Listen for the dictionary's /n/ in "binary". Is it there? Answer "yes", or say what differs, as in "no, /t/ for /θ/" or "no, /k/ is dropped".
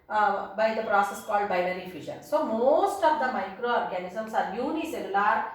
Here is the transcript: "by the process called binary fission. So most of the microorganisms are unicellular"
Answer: no, /l/ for /n/